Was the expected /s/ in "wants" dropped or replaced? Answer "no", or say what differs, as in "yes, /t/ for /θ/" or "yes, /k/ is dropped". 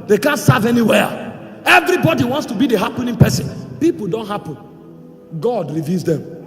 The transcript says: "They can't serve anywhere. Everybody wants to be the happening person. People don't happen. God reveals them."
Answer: no